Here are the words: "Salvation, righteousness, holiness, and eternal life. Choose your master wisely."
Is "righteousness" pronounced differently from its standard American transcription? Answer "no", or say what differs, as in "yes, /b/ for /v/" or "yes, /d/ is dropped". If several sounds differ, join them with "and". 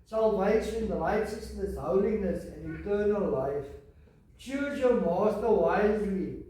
yes, /l/ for /ɹ/